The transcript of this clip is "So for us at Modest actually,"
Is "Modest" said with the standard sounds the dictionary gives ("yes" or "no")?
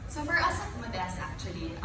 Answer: no